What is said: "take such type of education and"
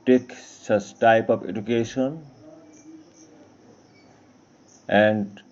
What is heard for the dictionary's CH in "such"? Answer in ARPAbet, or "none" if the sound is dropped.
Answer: S